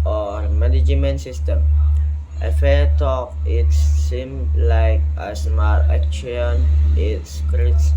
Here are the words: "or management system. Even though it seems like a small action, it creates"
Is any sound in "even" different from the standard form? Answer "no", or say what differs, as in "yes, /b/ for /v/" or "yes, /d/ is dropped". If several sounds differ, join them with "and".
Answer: yes, /f/ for /v/